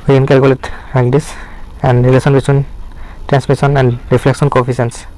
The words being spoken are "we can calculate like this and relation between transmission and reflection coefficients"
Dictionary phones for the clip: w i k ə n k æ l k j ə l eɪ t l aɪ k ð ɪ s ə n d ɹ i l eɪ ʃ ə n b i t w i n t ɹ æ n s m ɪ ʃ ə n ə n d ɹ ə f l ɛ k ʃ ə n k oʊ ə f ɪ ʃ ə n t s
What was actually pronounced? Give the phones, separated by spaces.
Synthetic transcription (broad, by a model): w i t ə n k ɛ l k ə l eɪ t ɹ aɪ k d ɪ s ə n d ɹ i l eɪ s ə n b i t w i n t ɹ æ n s m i s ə n ə n d ɹ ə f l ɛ k s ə n k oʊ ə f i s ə n s